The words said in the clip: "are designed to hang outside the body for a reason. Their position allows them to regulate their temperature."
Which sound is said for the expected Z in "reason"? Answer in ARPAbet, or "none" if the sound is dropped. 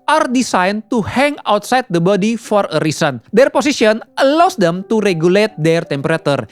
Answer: S